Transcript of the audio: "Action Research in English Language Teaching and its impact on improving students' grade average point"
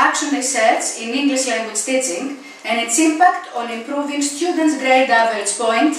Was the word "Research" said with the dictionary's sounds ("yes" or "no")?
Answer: no